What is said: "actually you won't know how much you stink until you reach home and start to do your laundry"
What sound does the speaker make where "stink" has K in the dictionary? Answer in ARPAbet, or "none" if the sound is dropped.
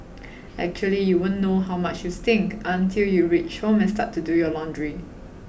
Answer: K